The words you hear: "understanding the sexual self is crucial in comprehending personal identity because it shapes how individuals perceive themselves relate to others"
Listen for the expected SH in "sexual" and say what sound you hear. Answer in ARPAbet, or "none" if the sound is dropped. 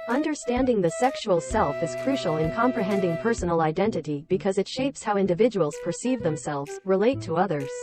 SH